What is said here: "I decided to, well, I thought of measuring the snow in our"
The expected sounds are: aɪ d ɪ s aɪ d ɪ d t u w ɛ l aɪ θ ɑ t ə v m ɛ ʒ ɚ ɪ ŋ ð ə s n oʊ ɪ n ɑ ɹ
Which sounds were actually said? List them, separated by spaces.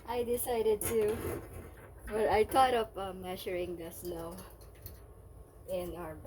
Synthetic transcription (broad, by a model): aɪ d ɪ s aɪ d ɪ d t u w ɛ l aɪ t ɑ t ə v m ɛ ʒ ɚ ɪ ŋ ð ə s l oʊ ɪ n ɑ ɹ